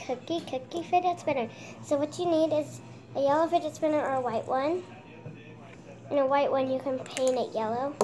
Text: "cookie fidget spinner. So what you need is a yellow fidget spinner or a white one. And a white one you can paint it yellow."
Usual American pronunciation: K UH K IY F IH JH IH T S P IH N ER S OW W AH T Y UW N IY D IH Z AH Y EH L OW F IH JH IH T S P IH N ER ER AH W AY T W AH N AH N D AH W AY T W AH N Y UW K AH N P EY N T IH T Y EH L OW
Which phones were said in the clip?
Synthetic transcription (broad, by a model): K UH K IY F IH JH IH T S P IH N ER S OW W AH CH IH N IY D IH Z AH Y EH L OW F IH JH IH T S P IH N ER ER AH W AY T W AH N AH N AH W AY T W AH N Y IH K AH N P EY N IH T Y EH L OW